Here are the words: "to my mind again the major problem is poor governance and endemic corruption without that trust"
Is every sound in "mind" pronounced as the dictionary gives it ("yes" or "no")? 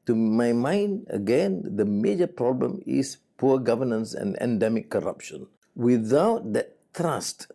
yes